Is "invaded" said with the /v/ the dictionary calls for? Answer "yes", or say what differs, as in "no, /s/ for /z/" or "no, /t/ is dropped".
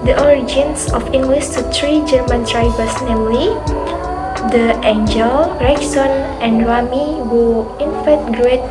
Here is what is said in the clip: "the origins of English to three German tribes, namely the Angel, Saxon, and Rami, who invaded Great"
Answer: no, /f/ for /v/